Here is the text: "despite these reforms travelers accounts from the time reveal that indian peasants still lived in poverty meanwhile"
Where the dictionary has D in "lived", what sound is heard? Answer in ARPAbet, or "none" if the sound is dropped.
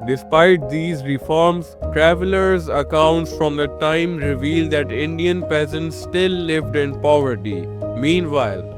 D